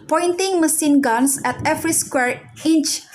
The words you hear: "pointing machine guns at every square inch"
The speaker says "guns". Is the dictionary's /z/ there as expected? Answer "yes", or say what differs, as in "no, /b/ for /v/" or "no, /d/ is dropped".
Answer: no, /s/ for /z/